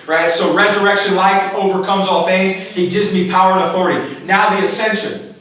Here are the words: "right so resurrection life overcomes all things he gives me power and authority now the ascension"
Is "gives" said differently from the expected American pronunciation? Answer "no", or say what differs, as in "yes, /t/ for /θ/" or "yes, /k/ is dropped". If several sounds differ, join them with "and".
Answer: yes, /v/ is dropped